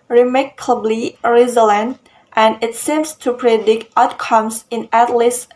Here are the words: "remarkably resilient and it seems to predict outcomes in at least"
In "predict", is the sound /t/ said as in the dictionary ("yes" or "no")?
yes